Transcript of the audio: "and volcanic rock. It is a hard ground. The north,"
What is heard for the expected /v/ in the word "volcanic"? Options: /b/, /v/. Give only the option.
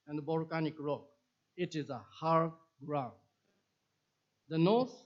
/b/